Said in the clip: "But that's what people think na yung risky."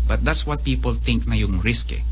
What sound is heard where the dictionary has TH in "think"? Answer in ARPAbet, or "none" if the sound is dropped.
T